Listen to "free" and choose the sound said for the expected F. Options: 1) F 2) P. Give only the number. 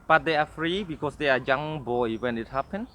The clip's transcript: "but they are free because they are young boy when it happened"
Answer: 1